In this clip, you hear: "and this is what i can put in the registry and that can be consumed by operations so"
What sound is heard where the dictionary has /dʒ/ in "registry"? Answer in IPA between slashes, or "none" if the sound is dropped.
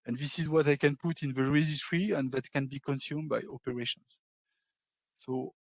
/z/